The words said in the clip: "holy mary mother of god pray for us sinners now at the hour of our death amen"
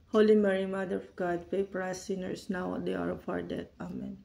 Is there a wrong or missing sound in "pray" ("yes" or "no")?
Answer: yes